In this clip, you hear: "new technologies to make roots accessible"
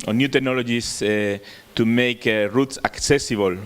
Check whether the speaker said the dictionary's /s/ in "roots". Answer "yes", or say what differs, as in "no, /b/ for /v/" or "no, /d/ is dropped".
yes